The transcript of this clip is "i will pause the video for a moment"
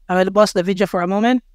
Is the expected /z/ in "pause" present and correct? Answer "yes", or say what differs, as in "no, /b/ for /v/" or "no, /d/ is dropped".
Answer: no, /s/ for /z/